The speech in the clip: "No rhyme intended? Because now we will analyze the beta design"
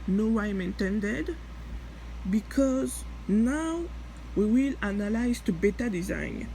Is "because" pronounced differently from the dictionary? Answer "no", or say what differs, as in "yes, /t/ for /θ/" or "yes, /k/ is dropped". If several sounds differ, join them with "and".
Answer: no